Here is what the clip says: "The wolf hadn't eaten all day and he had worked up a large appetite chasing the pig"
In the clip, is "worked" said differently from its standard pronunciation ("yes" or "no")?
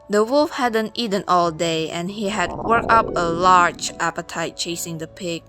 yes